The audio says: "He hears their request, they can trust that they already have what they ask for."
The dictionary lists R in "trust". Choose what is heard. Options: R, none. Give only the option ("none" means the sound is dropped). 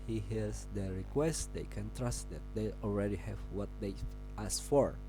R